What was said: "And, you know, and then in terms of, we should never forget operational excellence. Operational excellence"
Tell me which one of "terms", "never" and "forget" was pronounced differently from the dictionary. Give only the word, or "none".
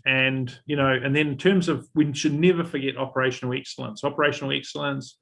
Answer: none